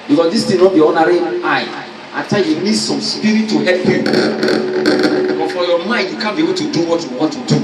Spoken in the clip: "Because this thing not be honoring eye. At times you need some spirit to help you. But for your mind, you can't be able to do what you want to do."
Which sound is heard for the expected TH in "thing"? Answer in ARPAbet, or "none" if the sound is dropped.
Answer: T